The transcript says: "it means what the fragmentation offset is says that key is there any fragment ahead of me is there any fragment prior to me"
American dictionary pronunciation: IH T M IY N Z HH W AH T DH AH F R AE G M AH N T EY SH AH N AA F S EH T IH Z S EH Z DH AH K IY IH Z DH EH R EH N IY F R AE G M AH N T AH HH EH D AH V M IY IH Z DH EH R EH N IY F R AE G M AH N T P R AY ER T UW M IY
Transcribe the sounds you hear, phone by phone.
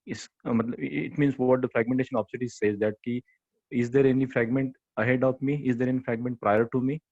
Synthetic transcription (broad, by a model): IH T M IY N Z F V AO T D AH F R AE G M AH N T EY SH AH N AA P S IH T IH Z S EH Z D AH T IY IH Z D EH R EH N IY F R AE G M AH N T AH HH EH D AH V M IY IH Z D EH R EH N IY F R AE G M AH N T P R AY ER T UW M IY